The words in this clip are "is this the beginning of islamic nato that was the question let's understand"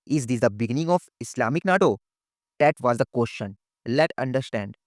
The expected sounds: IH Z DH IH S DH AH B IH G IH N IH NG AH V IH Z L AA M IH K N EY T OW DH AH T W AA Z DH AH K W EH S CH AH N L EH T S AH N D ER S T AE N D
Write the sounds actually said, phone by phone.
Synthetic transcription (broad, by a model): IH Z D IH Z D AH B IH G IH N IH NG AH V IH S L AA M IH K N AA T OW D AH T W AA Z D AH K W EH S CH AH N L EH T AH N D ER S T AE N D